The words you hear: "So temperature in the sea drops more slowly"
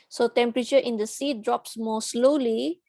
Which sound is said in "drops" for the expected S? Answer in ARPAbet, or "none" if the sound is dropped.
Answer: S